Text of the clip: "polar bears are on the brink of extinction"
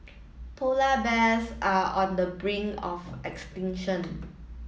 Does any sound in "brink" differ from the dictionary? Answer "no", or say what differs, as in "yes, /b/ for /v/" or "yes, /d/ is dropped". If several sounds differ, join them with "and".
yes, /k/ is dropped